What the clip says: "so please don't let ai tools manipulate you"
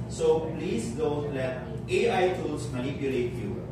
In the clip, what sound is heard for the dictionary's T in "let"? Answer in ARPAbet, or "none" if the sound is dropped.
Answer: none